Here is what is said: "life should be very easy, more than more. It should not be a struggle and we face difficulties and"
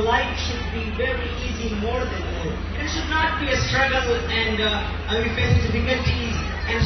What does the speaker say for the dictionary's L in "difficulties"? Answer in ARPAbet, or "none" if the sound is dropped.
none